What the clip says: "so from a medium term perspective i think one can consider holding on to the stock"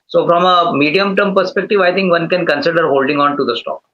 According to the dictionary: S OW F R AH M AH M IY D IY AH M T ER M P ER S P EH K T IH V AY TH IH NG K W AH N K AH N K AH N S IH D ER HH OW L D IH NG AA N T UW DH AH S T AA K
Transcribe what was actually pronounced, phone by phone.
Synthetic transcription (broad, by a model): S OW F R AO M AH M IY D IY AH M T ER M P ER S P EH K T IH V AY T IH NG K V AH N K AH N K AH N S IH D ER HH OW L D IH NG AA N T UW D AH S T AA K